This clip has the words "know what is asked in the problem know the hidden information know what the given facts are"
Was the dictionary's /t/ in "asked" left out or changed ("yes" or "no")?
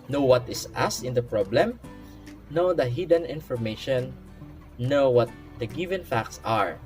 yes